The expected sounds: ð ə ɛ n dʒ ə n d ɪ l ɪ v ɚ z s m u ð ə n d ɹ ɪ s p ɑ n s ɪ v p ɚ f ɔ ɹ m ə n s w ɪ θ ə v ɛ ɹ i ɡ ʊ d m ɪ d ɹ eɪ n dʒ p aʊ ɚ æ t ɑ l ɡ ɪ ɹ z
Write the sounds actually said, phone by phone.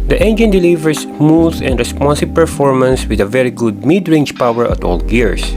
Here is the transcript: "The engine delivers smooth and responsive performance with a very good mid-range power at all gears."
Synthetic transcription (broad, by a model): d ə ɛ n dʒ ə n d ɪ l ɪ v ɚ s m u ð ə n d ɹ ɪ s p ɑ n s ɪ b p ɚ f ɔ ɹ m ə n s w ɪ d ə v ɛ ɹ i ɡ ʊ d m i d ɹ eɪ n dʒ p aʊ ɚ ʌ t ɑ l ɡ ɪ ɹ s